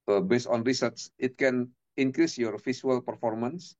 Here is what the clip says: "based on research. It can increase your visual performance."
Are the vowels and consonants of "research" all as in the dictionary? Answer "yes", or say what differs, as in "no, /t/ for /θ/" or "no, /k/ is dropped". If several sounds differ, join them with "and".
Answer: no, /s/ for /tʃ/